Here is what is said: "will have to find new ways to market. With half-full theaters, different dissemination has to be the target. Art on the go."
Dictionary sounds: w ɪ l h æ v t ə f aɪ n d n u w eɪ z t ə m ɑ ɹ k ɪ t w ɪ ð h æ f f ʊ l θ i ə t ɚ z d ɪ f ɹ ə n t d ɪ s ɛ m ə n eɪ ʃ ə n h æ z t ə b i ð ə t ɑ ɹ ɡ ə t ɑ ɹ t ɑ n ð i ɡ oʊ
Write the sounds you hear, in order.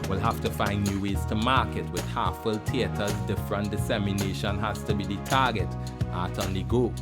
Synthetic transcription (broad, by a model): w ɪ l h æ f t ə f aɪ n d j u w eɪ z t ə m ɑ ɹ k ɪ t w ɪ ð h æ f f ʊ l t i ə t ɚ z d ɪ f ɹ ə n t d ɪ s ɛ m ə n eɪ ʃ ə n h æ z t ə b i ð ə t ɑ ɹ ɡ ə t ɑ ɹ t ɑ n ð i ɡ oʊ